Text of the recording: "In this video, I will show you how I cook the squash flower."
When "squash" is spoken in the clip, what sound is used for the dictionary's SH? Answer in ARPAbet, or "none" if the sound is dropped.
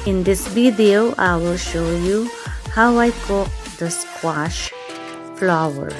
SH